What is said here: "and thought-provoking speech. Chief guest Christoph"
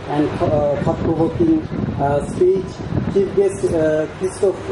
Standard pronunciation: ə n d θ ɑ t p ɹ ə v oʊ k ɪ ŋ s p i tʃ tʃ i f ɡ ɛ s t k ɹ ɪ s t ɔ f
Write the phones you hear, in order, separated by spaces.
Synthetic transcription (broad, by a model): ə n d s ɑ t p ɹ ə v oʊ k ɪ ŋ s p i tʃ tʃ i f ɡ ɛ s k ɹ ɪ s t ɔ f